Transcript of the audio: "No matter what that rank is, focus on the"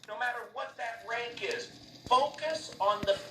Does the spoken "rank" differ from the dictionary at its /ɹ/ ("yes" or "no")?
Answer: no